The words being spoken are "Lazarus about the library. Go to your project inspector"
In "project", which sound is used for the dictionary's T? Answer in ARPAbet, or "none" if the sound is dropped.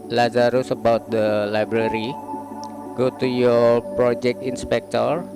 T